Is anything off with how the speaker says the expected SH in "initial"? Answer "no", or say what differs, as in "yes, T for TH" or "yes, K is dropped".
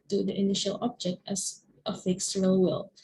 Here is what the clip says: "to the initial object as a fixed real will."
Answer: no